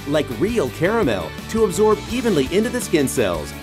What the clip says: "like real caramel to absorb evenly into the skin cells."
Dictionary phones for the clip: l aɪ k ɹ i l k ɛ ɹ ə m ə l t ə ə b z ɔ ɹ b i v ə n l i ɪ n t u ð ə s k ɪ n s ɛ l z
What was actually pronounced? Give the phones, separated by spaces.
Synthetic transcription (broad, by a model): l aɪ k ɹ i l k ɛ ɹ ə m ə l t ə ə b z ɔ ɹ b i v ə n l i ɪ n t u ð ə s k ɪ n s ɛ l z